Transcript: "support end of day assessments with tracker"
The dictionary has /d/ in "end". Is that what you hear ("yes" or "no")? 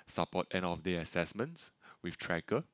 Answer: no